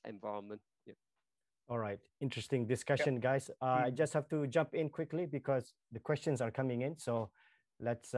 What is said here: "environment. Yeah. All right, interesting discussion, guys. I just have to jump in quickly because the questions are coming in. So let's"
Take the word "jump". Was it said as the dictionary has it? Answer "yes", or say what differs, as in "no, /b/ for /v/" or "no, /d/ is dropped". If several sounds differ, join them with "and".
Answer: yes